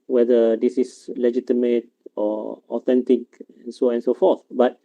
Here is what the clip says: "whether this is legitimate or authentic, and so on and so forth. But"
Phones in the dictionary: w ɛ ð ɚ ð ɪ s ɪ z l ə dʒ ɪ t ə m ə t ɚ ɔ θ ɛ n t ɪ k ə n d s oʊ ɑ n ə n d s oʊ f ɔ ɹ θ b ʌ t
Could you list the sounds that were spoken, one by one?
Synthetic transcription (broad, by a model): w ɛ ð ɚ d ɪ s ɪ s l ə dʒ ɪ t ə m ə t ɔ ɔ t ɛ n t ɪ k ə n s oʊ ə n s oʊ f ɔ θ b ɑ t